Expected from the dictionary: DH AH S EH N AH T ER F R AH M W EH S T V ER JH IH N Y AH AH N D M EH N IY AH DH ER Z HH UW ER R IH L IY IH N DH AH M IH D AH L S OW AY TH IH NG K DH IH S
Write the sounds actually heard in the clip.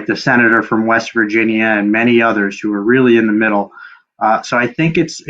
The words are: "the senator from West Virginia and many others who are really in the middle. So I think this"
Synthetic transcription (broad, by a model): DH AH S EH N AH T ER F R AH M W EH S T V ER JH IH N Y AH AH N M EH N IY AH DH ER Z HH UW ER R IH L IY IH N DH AH M IH D L S OW AY TH IH NG K IH S